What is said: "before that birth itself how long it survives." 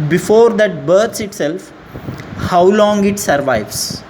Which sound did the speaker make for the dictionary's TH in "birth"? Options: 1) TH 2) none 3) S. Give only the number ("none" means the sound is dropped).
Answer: 3